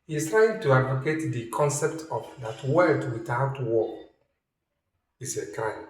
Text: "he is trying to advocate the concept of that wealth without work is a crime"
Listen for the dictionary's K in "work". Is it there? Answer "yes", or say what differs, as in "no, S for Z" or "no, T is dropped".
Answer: no, K is dropped